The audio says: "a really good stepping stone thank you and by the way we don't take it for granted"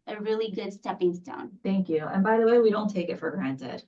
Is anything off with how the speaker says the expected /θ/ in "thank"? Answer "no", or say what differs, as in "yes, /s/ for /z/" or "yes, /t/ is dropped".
no